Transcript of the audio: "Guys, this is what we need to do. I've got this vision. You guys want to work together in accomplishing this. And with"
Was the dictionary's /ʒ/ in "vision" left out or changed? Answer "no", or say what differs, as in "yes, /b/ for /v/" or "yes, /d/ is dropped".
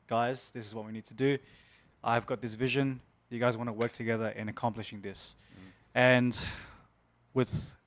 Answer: no